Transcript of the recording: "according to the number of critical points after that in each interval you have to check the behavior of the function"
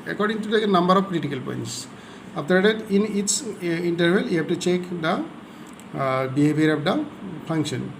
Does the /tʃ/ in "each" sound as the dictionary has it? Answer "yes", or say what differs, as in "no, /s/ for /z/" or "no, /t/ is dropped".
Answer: no, /s/ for /tʃ/